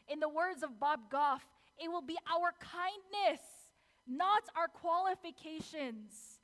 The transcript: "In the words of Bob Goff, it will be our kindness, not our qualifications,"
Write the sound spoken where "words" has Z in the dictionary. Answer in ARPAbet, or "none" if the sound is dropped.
Z